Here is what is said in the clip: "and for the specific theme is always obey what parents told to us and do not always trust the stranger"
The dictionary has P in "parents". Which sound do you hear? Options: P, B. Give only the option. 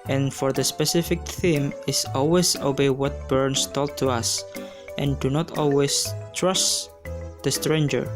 B